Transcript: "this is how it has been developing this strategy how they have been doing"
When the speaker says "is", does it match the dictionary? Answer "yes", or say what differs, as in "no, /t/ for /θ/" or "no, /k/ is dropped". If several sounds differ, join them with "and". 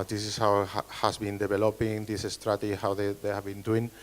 no, /s/ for /z/